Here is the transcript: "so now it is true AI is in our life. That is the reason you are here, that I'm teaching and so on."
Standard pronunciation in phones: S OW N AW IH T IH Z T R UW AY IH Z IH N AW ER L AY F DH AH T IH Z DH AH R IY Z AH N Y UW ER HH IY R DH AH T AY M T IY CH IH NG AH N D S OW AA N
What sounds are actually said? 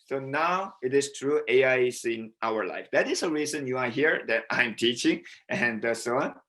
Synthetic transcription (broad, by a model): S OW N AW IH T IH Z T R UW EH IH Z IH N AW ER L AY F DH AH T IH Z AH R IY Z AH N Y UW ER HH IY R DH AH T AY M T IY CH IH NG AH N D S OW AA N